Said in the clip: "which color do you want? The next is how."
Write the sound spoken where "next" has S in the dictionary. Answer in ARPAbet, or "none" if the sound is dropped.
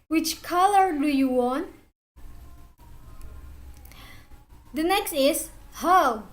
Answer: S